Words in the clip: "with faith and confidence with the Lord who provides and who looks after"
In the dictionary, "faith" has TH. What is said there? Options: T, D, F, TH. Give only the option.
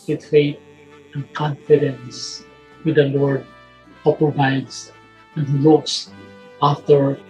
T